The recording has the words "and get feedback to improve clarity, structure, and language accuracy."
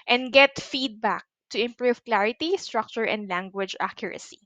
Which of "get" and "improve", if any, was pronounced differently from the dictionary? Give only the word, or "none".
none